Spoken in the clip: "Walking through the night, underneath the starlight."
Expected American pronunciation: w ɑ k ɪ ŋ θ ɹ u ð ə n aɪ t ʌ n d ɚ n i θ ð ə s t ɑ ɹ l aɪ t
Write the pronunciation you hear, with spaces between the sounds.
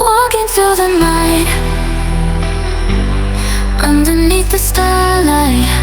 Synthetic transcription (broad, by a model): w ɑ k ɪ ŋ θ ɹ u ð ə n aɪ t ʌ n d ɚ n i θ ð ə s t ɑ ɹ l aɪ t